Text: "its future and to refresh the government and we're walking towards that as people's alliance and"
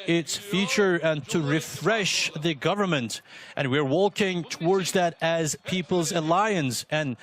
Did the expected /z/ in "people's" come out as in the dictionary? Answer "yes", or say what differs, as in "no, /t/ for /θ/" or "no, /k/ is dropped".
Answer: yes